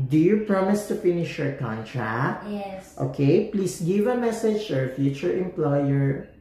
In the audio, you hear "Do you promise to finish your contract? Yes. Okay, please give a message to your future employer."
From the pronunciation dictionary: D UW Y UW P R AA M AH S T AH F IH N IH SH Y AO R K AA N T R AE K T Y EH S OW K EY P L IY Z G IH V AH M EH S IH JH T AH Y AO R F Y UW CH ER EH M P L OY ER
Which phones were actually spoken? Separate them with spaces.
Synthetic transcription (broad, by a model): D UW Y UW P R AA M AH S T AH F IH N IH SH Y AO R K AA N T R AE K T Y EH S OW K EY P L IY S G IH V AH M EH S IH JH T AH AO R F Y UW CH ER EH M P L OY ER